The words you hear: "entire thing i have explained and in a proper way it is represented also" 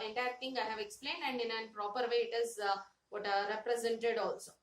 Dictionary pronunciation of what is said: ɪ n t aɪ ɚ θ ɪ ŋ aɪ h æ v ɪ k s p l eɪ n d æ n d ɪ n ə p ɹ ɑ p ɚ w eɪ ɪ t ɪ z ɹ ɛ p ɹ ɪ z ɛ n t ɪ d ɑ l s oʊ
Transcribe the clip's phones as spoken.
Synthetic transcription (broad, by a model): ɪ n t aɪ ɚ t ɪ ŋ aɪ h æ v ɪ k s p l eɪ n d æ n d ɪ n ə p ɹ ɑ p ɚ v eɪ ɪ t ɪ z ɹ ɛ p ɹ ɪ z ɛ n t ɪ d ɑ l s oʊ